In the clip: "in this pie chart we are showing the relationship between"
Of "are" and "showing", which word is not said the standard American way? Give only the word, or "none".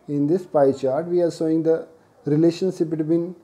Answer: showing